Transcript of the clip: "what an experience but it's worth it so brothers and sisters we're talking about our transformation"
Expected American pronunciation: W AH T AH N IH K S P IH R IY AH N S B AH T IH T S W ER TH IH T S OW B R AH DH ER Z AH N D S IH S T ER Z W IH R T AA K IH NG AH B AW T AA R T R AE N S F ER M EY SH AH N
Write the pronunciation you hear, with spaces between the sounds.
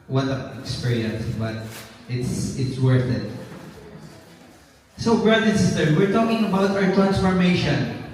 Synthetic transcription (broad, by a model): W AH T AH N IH K S P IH R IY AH N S B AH T IH T S W ER TH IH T S OW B R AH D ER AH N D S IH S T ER W IH R T AA K IH NG AH B AW T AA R T R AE N S F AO M EY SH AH N